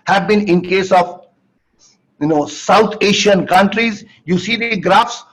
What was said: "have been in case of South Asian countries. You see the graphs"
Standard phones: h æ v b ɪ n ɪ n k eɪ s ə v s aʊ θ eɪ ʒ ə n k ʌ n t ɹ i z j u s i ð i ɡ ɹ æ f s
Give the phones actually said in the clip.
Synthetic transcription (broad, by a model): h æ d b ɪ n ɪ n k eɪ s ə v s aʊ t eɪ ʃ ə n k ʌ n t ɹ i z j u s i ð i ɡ ɹ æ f s